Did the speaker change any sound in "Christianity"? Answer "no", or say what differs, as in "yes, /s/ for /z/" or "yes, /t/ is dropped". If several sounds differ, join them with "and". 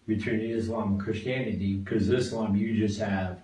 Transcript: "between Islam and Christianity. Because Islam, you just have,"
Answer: no